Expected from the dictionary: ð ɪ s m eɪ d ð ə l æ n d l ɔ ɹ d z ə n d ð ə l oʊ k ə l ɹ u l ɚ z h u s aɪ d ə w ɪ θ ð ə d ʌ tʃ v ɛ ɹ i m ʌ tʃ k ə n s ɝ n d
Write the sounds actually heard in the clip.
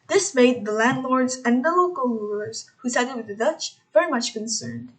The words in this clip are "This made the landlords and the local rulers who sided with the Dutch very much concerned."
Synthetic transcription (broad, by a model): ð ɪ s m eɪ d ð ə l æ n d l ɔ ɹ d z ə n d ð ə l oʊ k ə l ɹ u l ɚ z h u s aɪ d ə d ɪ ð ə d ʌ tʃ v ɛ ɹ i m ʌ tʃ k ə n s ɝ n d